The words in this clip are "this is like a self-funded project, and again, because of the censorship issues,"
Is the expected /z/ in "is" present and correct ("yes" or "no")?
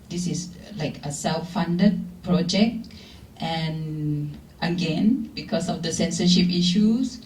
no